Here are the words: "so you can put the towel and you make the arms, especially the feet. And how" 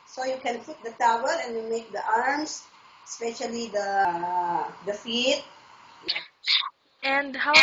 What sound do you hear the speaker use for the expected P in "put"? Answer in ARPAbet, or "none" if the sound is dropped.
F